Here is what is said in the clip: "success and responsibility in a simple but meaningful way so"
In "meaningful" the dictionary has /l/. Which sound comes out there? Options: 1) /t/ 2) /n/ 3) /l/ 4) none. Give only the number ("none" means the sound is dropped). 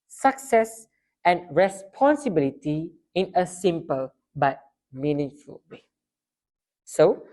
3